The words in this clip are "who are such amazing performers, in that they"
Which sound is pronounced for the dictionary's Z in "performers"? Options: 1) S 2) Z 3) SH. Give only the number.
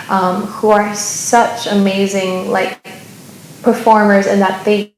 2